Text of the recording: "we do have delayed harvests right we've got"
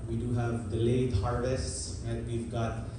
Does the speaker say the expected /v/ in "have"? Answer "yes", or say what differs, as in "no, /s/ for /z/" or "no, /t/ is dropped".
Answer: yes